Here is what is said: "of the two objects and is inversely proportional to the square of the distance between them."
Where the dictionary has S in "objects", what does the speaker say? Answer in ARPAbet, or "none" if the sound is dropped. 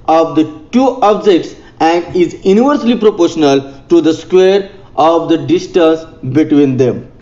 S